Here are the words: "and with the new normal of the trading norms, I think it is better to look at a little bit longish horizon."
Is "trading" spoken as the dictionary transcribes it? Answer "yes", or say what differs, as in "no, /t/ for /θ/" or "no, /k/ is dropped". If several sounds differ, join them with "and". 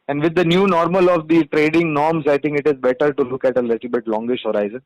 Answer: yes